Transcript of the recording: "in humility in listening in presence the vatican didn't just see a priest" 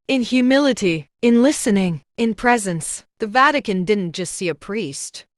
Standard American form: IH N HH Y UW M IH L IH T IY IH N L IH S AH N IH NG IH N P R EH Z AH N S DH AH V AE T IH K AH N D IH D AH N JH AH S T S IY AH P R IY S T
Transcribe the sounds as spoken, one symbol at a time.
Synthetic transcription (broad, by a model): IH N HH Y UW M IH L IH T IY IH N L IH S AH N IH NG IH N P R EH Z AH N S DH AH V AE T IH K AH N D IH D N JH AH S T S IY AH P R IY S T